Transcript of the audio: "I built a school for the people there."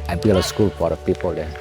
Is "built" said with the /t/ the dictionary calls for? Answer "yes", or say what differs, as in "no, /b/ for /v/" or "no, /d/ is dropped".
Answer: no, /t/ is dropped